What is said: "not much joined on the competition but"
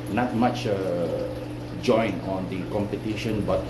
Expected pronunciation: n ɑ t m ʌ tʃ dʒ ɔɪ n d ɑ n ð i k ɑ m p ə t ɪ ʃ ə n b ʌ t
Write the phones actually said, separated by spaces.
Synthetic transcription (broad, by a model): n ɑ t m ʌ tʃ dʒ ɔɪ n ɑ n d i k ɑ m p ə t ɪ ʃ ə n b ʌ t